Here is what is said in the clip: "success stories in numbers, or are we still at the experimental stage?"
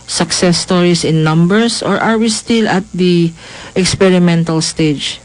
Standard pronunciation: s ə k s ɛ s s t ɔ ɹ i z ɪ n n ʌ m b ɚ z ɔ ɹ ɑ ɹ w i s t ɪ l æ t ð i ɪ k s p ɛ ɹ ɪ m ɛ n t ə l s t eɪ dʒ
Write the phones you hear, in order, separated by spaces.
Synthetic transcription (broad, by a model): s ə k s ɛ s s t ɔ ɹ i s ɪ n n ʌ m b ɚ s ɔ ɹ ɑ ɹ w i s t ɪ l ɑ t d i ɪ k s p ɛ ɹ ɪ m ɛ n t ə l s t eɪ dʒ